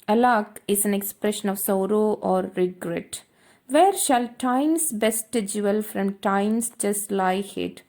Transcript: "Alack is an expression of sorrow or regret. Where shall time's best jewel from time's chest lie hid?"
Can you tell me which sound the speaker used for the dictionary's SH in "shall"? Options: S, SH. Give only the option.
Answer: SH